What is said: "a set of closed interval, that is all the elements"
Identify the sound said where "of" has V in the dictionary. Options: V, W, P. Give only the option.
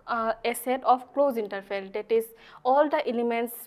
P